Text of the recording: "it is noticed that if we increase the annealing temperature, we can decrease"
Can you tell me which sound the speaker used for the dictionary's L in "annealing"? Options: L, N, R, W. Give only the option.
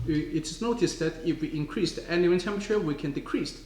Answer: W